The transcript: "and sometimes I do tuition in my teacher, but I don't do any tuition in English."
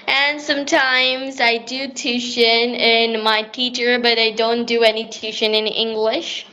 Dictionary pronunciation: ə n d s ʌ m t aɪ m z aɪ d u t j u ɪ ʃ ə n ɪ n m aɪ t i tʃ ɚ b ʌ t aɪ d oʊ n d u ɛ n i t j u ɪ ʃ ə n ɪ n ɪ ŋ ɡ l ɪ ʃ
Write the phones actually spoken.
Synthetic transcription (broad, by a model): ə n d s ʌ m t aɪ m z aɪ d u t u ʃ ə n ɪ n m aɪ t i tʃ ɚ b ʌ t aɪ d oʊ n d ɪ ɛ n i t u ʃ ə n ɪ n ɪ ŋ ɡ l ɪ ʃ